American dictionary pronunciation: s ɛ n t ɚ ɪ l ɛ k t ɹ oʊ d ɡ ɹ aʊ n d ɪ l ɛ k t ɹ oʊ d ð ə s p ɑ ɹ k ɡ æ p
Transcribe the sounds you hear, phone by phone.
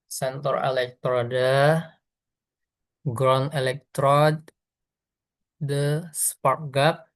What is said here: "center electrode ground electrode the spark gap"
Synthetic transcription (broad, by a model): s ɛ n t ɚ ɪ l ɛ k t ɹ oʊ d ɡ ɹ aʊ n ɪ l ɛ k t ɹ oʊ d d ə s p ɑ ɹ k ɡ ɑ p